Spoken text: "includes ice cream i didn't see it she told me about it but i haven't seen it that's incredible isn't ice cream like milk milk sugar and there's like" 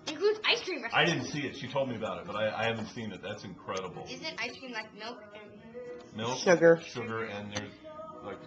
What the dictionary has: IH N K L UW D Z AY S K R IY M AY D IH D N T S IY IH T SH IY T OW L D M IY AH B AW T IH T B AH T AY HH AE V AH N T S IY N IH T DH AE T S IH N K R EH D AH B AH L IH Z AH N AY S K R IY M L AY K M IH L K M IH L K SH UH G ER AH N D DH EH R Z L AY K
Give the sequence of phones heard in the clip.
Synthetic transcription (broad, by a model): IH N K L UW D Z AY S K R IY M AY D IH D N T S IY IH T SH IY T OW L D M IY AH B AW T IH T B AH T AY HH AE V AH N T S IY N IH T DH AE T S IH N K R EH D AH B L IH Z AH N AY S K R IY M L AY K M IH L K M IH L K SH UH G ER AH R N DH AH R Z L AY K